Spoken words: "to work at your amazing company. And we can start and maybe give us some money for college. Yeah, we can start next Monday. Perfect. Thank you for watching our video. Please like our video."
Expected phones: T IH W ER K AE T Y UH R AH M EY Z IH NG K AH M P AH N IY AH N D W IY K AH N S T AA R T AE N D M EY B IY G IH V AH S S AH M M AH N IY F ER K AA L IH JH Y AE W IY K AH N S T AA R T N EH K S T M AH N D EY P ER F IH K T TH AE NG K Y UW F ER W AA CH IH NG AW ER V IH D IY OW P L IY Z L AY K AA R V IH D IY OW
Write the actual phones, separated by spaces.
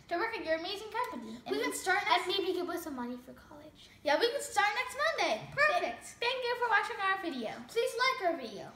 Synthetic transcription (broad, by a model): T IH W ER K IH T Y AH R AH M EY Z IH NG K AH M P AH N IY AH W IY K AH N S T AA R T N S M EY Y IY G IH B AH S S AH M M AH N IY F ER K AA L IH JH Y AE W IY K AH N S T AA R T N EH K S T M AH N D EY P ER F IH K T TH AE NG K Y UW F ER W AA CH IH NG AW ER V IH D IY OW P L IY Z L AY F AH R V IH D IY OW